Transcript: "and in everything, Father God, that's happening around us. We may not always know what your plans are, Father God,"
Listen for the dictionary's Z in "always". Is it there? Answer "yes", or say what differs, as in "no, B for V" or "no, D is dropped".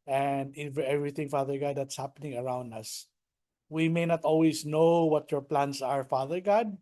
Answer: no, S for Z